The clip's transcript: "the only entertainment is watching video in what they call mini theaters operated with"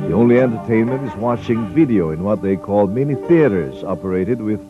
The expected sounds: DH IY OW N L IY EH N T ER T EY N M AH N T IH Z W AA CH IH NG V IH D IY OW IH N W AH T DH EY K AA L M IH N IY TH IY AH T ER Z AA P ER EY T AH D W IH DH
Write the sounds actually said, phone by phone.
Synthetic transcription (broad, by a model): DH IY OW N L IY EH N T ER T EY N M AH N T IH Z W AA CH IH NG V IH D IY OW IH N W AH T DH EY K AA L M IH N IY TH IY AH T ER Z AA P ER EY T AH D W IH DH